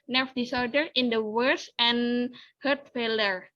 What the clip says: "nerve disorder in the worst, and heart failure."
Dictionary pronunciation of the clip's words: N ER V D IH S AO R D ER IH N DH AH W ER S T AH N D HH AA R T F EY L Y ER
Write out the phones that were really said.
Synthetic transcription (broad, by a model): N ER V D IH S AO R D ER IH N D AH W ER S AH N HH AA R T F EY L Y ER